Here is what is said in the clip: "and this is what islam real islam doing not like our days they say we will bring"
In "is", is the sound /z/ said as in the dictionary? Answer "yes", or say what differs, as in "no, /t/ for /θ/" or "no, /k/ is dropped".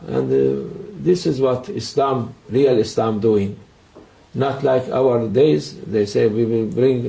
yes